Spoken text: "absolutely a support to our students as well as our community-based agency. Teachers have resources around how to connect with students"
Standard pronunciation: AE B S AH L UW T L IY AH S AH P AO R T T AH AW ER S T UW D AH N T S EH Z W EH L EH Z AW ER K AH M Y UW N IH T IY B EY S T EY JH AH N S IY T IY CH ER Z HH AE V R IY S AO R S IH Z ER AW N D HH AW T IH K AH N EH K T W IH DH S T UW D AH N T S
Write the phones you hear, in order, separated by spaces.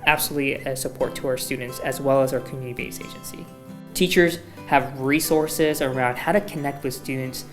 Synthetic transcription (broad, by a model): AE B S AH L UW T L IY AH S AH P AO R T T AH AW ER S T UW D N T S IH Z W EH L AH Z AW ER K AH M Y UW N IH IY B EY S EY JH AH N S IY T IY CH ER Z HH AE V R IY S AO R S IH Z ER AW N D HH AW T IH K AH N EH K T W IH DH S T UW D N T S